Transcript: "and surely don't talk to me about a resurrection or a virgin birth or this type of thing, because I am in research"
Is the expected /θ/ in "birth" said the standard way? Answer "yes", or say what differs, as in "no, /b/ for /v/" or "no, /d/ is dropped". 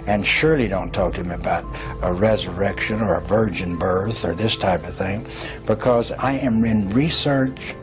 yes